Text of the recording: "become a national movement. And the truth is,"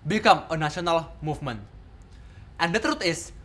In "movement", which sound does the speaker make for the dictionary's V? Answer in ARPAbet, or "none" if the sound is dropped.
F